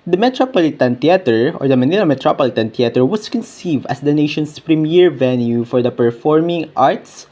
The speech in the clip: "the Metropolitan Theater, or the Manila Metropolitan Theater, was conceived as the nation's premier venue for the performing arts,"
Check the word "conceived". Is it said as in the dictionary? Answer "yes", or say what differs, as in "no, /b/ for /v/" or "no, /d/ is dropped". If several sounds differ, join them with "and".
yes